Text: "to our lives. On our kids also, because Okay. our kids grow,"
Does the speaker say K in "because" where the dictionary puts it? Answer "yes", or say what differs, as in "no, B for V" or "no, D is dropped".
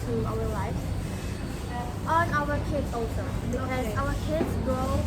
no, K is dropped